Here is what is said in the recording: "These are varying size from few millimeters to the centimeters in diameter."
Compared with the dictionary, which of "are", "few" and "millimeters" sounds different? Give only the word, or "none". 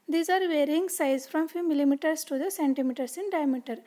millimeters